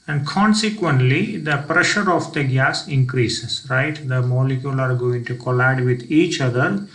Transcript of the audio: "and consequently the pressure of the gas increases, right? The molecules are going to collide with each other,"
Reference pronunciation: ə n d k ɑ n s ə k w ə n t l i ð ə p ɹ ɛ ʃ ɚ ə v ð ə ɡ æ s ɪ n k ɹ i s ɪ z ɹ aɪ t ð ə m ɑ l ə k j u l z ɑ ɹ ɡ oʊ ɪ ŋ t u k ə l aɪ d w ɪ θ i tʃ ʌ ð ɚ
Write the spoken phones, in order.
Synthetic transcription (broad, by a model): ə n d k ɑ n s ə k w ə n t l i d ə p ɹ ɛ ʃ ɚ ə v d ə ɡ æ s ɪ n k ɹ i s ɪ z ɹ aɪ t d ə m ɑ l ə k j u l ɑ ɹ ɡ oʊ ɪ ŋ t u k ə l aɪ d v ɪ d i tʃ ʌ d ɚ